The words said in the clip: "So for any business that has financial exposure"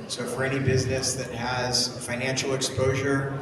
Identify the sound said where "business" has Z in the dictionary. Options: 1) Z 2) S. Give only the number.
1